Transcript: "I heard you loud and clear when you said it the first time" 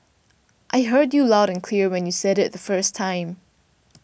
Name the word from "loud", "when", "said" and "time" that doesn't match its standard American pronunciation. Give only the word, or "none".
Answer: none